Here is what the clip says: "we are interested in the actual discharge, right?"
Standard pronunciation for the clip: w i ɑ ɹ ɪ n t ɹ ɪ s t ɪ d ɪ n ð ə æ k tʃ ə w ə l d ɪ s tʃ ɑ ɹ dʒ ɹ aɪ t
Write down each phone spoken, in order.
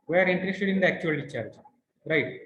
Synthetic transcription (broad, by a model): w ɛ ɑ ɹ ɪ n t ɹ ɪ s t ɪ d ɪ n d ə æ k tʃ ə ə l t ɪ tʃ ɑ ɹ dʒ ɹ aɪ t